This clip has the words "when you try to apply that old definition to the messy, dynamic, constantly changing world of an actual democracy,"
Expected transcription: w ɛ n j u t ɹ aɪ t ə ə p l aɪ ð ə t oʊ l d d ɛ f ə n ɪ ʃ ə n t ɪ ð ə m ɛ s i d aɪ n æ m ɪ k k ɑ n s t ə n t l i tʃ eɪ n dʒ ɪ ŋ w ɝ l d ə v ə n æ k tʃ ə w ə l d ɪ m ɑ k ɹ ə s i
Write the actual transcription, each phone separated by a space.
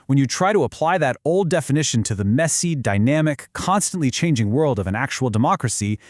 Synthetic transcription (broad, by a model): w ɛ n j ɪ t ɹ aɪ t ə ə p l aɪ ð ə t oʊ l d d ɛ f ə n ɪ ʃ ə n t ɪ ð ə m ɛ s i d aɪ n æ m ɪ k k ɑ n s t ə n t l i tʃ eɪ n dʒ ɪ ŋ w ɝ l d ə v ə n æ k tʃ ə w l d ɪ m ɑ k ɹ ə s i